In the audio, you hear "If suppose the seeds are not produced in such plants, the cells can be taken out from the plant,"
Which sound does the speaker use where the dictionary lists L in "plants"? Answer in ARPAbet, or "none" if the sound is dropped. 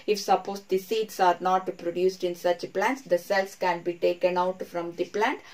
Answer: L